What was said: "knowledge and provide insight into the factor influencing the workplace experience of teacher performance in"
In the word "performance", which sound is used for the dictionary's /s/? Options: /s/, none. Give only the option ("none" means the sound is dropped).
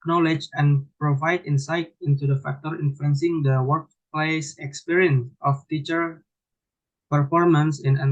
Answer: /s/